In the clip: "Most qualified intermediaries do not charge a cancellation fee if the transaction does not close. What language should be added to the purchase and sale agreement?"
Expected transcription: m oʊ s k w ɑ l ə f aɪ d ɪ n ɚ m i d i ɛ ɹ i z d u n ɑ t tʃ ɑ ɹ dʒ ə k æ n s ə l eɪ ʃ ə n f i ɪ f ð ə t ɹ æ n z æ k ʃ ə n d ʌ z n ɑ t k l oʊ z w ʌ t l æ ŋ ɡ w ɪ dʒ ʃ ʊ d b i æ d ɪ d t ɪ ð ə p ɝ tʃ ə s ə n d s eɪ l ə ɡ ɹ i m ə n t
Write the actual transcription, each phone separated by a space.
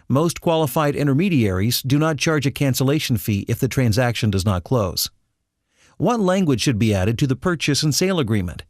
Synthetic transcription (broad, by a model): m oʊ s k w ɑ l ə f aɪ d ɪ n ɚ m i d i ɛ ɹ i z d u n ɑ t tʃ ɑ ɹ dʒ ə k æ n s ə l eɪ ʃ n f i ɪ f ð ə t ɹ æ n z æ k ʃ ə n d ʌ z n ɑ t k l oʊ z w ʌ t l æ ŋ ɡ w ɪ dʒ ʃ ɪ d b i æ d ɪ d t ɪ ð ə p ɝ tʃ ə s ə n s eɪ l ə ɡ ɹ i m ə n t